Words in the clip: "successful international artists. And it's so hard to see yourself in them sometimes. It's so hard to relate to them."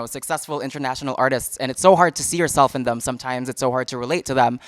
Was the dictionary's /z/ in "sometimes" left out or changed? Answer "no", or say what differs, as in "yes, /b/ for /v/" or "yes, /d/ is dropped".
no